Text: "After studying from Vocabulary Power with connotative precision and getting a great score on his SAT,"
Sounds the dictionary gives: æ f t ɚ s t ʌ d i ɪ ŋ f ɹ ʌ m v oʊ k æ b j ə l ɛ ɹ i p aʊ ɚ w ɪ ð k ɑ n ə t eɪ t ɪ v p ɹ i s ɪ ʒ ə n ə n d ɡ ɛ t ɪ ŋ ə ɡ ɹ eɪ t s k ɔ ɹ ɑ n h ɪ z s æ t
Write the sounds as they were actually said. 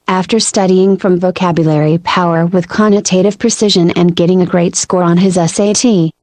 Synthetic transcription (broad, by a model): æ f t ɚ s t ʌ d i ɪ ŋ f ɹ ʌ m v oʊ k æ b j ə l ɛ ɹ i p aʊ ɚ w ɪ ð k ɑ n ə t eɪ t ɪ v p ɹ i s ɪ ʒ ə n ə n ɡ ɛ t ɪ ŋ ə ɡ ɹ eɪ t s k ɔ ɹ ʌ n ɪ z s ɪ t